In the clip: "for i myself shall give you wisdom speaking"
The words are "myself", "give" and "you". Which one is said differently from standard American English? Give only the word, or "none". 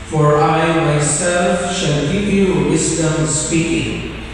give